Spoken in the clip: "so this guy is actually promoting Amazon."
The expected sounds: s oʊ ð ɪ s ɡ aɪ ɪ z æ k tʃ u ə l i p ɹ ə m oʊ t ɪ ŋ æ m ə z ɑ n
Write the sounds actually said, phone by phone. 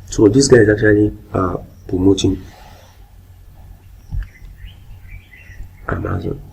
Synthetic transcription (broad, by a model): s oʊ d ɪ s ɡ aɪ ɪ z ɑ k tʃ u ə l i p ə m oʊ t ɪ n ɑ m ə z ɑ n